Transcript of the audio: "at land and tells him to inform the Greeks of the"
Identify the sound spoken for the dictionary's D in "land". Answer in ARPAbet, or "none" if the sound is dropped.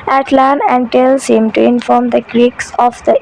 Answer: none